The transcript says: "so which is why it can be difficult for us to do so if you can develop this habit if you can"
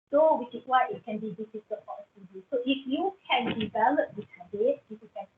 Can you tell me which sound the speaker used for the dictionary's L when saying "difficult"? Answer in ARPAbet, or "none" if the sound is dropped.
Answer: none